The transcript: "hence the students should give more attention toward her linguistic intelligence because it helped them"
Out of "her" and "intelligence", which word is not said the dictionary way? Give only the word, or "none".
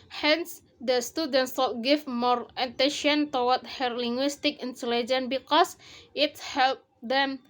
intelligence